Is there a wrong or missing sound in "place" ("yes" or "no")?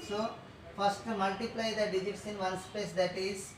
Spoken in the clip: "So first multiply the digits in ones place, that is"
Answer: yes